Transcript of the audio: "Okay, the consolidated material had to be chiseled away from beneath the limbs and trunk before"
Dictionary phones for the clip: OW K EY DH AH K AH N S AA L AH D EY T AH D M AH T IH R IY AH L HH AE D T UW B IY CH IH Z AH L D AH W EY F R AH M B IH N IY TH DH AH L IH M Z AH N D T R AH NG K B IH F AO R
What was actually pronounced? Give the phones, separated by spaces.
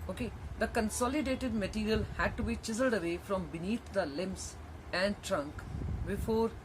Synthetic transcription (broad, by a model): OW K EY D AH K AH N S AA L AH D EY T AH D M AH T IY R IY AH L HH AE D T UW B IY CH IH Z AH L D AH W EY F R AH M B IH N IY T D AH L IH M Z AH N D T R AH NG K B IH F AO R